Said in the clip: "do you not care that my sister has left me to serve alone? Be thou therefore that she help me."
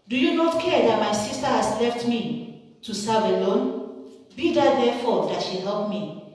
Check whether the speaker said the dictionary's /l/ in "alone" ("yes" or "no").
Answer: yes